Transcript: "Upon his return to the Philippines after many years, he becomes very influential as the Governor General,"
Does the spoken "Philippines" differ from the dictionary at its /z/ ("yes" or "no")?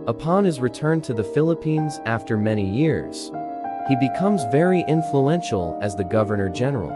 no